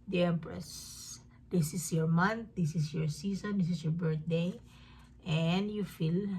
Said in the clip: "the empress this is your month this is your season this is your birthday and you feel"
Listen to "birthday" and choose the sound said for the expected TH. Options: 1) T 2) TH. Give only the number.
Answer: 1